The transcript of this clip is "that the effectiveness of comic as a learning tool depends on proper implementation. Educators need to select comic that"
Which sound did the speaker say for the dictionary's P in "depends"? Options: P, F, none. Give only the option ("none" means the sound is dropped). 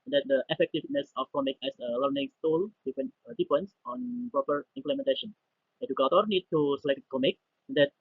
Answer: F